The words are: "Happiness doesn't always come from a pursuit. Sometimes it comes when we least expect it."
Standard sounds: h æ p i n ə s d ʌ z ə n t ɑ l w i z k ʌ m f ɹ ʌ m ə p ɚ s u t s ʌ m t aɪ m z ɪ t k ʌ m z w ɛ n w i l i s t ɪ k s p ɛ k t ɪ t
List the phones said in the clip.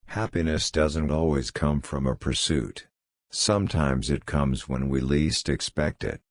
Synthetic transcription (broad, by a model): h æ p i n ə s d ʌ z ə n t ɑ l w i z k ʌ m f ɹ ʌ m ə p ɚ s u t s ʌ m t aɪ m z ɪ t k ʌ m z w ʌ n w i l i s t ɪ k s p ɛ k t ɪ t